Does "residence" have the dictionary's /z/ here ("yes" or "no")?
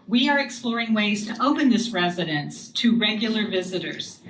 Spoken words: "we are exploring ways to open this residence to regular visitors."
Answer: yes